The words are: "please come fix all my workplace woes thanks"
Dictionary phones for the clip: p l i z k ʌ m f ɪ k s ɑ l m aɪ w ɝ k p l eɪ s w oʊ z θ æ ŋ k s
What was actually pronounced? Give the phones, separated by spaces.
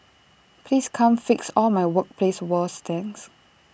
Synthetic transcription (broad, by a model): p l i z k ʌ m f ɪ k s ɑ l m aɪ w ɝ k p l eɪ s w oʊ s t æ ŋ s